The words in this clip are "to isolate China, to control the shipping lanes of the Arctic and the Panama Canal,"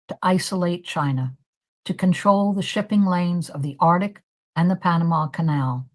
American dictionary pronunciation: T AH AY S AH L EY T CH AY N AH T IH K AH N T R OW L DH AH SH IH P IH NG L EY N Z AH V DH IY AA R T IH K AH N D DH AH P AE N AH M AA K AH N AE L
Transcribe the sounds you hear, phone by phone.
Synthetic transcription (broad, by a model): T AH AY S AH L EY T CH AY N AH T IH K AH N T R OW L DH AH SH IH P IH NG L EY N Z AH V DH IY AA R T IH K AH N DH AH P AE N AH M AA K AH N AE L